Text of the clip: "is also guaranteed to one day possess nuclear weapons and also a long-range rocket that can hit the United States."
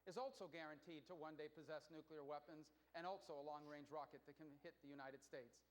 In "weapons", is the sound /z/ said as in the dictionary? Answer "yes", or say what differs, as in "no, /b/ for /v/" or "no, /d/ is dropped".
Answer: yes